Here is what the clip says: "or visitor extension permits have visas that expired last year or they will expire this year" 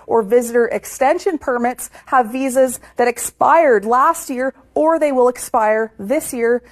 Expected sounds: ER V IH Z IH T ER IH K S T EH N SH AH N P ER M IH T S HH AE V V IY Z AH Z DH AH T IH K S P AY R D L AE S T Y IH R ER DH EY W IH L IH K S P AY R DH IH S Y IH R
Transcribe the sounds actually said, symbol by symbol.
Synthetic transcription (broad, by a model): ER V IH Z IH T ER IH K S T EH N SH AH N P ER M IH T S HH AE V V IY Z AH Z DH AH T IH K S P AY R D L AE S T Y IH R ER DH EY W IH L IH K S P AY R DH IH S Y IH R